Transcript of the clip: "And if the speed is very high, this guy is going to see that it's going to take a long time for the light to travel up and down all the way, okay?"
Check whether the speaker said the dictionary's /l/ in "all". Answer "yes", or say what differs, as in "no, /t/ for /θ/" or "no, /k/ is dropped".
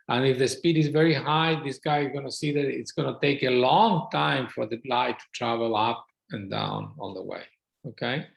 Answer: no, /n/ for /l/